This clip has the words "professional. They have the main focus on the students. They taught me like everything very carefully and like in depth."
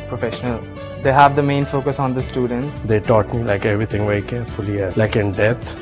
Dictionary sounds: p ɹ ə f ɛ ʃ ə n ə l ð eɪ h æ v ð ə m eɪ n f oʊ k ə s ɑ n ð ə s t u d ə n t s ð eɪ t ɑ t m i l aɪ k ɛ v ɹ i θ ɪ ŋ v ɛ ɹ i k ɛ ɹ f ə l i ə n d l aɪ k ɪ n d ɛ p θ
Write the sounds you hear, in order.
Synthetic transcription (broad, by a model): p ɹ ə f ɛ ʃ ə n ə l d eɪ h æ v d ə m eɪ n f oʊ k ə s ɑ n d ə s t u d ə n t s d eɪ t ɑ t m i l aɪ k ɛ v ɹ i t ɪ ŋ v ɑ i k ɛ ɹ f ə l i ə l aɪ k ɪ n d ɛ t